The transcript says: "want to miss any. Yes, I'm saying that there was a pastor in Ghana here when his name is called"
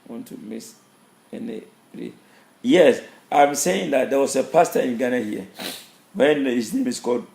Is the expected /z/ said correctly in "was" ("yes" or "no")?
no